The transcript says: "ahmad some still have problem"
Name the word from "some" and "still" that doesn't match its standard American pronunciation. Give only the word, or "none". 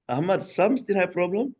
still